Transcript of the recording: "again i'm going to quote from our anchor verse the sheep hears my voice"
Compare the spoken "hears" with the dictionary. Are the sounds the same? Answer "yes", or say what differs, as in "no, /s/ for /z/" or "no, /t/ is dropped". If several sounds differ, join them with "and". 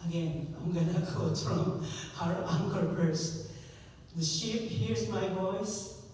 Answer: yes